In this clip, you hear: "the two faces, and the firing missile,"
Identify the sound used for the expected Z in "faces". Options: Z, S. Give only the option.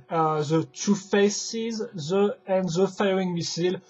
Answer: Z